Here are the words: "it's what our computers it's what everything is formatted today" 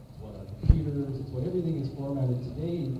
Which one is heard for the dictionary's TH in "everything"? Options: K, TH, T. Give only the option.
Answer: TH